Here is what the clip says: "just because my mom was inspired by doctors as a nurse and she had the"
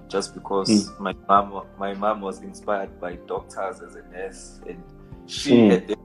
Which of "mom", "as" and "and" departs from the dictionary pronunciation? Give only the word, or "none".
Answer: none